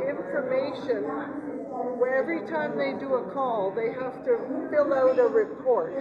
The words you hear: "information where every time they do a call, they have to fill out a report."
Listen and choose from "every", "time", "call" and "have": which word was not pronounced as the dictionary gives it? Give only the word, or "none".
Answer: have